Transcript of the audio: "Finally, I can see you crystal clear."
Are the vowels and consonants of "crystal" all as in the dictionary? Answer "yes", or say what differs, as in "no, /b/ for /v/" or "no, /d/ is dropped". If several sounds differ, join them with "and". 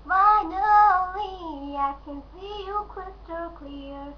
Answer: no, /ɹ/ is dropped